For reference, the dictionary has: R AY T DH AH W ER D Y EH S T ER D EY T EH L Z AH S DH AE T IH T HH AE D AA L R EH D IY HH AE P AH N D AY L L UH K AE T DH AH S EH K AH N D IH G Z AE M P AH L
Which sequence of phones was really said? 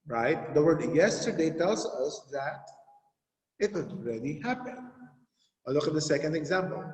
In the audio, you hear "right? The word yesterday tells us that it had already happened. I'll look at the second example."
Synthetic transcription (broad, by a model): R AY T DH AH W ER D Y EH S T ER D EY T EH L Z AH S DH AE T IH T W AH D AA L R EH D IY HH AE P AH N AY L L UH K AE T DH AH S EH K AH N D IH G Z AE M P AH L